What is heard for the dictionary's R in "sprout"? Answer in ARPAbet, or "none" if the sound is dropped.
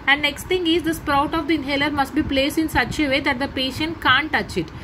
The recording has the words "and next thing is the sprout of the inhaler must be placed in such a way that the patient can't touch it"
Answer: R